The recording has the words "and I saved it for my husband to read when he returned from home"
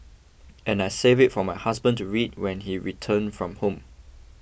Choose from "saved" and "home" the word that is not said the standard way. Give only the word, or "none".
saved